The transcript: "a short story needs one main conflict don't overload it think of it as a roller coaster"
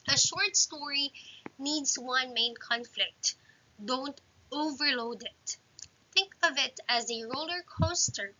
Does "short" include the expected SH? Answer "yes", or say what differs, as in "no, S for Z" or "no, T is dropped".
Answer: yes